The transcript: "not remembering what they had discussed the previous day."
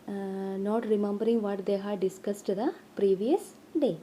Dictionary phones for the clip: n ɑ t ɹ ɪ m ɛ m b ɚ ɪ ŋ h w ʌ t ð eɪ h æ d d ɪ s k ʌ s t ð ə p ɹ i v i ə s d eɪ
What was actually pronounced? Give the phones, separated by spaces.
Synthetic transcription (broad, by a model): n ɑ t ɹ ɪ m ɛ m b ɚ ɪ ŋ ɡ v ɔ t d eɪ h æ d d ɪ s k ʌ s t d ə p ɹ i v i ə s d eɪ